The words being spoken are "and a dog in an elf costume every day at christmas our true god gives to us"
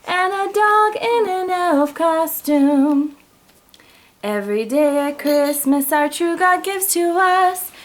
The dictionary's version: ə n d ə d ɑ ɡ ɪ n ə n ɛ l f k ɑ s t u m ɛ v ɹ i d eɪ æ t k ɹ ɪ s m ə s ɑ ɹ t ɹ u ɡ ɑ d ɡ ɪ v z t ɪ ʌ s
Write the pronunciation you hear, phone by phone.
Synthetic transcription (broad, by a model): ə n ə d ɑ ɡ ɪ n ə n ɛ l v k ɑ s t u m ɛ v ɹ i d eɪ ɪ k ɹ ɪ s m ə s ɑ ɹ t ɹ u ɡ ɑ ɡ ɪ v z t ɪ ʌ s